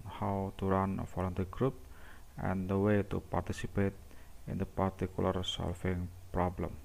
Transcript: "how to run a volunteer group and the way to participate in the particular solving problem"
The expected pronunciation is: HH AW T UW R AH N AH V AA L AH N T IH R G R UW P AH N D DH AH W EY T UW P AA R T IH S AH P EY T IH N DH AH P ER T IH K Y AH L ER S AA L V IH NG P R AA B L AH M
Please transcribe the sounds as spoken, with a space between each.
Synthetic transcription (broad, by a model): HH AW T UW R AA N AH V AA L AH N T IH G R UW P AH N D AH W EY T UW P AA R T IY S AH P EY T IH N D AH P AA T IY K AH L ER S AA L F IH NG P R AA B L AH M